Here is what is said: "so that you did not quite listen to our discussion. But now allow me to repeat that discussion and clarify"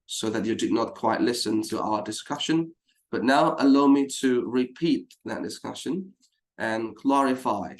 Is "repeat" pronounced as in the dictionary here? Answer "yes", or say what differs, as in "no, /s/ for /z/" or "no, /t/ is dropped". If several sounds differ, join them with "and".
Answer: yes